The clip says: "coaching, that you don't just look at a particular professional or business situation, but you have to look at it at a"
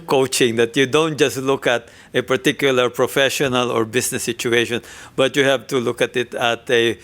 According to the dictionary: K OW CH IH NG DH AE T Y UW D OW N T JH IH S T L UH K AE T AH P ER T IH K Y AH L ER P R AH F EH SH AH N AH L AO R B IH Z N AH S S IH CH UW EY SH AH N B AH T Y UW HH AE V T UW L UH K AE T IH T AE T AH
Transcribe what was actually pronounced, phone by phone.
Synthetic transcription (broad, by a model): K OW CH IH NG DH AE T Y UW D OW N T JH IH S T L UH K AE T AH P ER T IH K Y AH L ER P R AH F EH SH AH N AH L AO R B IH S N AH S S IH CH UW EY SH AH N B AH T Y UW HH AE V T UW L UH K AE T IH T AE T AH